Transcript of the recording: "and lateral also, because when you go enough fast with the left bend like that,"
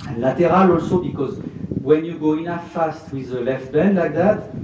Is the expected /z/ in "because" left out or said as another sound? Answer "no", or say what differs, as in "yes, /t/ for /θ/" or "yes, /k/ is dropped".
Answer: no